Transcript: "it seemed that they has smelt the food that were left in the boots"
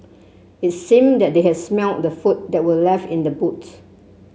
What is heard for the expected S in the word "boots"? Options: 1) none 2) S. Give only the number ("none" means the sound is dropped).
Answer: 1